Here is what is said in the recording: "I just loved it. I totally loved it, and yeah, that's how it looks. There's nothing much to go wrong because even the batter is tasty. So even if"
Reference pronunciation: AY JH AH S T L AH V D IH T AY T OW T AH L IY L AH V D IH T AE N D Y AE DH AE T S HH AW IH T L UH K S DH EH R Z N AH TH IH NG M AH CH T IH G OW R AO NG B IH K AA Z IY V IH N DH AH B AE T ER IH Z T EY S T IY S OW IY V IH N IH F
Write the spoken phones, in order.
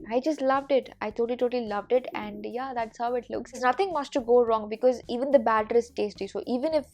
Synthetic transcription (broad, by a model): AY JH AH S T L AH V D IH T AY T OW T AH L IY L AH V D IH T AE N D Y AE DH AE T S HH AW IH T L UH K S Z N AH T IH NG M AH S T IH G OW R AO NG B IH K AA Z IY V IH N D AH B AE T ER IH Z T EY S T IY S OW IY V IH N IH F